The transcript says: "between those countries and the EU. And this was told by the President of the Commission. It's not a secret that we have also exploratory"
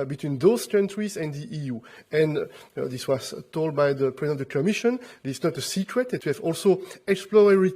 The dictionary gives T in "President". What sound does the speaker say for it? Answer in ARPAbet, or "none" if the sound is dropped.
none